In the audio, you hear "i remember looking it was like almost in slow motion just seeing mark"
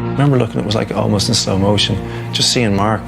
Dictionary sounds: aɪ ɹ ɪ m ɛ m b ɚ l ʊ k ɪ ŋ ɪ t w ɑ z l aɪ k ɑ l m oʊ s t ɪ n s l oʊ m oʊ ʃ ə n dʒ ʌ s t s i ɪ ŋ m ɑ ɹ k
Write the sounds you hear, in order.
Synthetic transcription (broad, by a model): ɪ m ɛ m b ɚ l ʊ k ɪ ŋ ɪ t w ɑ z l aɪ k ɑ l m oʊ s t ɪ n s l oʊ m oʊ ʃ ə n dʒ ʌ s t s i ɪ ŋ m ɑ ɹ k